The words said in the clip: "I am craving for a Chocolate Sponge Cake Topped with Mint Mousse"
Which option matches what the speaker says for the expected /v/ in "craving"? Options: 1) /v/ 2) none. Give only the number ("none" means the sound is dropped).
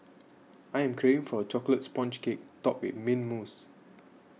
2